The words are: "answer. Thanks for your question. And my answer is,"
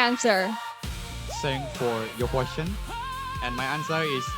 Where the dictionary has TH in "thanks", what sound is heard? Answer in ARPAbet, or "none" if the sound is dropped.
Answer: S